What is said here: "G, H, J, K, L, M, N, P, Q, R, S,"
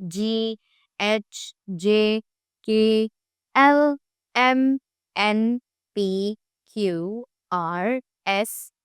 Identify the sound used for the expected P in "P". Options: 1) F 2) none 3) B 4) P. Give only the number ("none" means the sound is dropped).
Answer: 4